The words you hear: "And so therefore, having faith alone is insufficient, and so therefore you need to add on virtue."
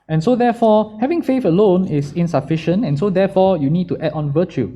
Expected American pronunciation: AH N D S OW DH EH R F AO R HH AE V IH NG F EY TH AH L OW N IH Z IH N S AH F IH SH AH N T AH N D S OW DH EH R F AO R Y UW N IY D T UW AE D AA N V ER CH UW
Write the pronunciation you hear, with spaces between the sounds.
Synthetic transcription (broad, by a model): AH N S OW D EH F AO HH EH V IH NG F EY F AH L OW N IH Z IH N S AH F IH SH AH N T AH N S OW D EH F AO Y UW N IY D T UW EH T AA N V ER CH UW